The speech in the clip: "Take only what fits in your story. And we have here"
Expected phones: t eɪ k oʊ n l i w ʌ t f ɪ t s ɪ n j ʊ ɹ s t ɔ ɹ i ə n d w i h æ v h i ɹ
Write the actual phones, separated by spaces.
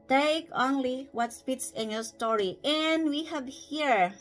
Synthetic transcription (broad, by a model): t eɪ k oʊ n l i w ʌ t p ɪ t s ɪ n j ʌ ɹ s t ɔ ɹ i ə n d w i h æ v h i ɹ